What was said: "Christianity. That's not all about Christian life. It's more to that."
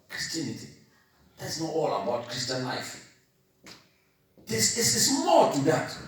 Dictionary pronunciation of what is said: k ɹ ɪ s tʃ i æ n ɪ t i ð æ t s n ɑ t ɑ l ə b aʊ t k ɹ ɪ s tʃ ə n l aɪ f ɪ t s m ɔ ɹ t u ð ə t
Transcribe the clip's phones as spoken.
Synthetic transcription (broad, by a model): k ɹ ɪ s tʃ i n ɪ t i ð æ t s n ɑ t ɑ l ə b aʊ t k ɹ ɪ s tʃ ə n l aɪ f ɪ s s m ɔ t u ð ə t